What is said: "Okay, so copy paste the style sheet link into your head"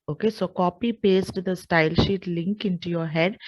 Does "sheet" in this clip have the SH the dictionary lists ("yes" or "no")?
yes